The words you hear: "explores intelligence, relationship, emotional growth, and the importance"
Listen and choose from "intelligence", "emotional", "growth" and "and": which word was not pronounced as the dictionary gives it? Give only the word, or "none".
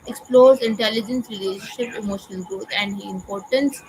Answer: growth